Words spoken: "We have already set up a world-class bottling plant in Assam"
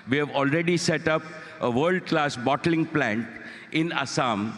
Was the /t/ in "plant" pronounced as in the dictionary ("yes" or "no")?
yes